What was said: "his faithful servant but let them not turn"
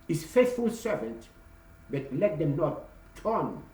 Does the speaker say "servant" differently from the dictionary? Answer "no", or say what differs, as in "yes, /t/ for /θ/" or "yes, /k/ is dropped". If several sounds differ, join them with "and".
no